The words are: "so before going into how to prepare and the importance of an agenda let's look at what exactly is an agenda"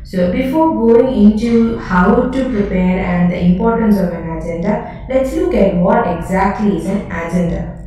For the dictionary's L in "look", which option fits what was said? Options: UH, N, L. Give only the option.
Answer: L